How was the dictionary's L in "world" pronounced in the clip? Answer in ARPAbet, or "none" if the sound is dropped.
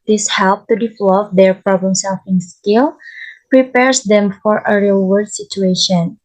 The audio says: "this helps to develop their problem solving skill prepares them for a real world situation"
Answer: none